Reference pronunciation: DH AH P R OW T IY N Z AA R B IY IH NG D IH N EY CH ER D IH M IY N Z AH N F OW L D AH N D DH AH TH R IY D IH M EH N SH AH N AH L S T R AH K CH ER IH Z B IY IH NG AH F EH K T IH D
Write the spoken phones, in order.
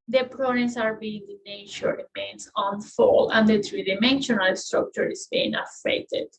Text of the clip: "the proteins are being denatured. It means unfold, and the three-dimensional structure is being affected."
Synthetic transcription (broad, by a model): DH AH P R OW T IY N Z AA R B IY IH NG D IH N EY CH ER IH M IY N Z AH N F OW L AH N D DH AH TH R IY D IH M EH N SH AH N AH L S T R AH K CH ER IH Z B IY IH NG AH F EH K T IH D